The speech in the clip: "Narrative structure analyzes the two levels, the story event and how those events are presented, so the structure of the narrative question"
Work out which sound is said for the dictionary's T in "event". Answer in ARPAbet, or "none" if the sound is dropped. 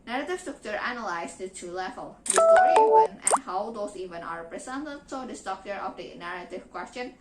none